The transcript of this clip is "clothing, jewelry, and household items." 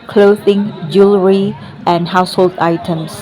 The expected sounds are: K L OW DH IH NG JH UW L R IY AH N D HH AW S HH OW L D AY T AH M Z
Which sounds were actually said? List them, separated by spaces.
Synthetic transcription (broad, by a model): K L OW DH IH NG JH UW L R IY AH N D HH AW S HH OW L D AY T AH M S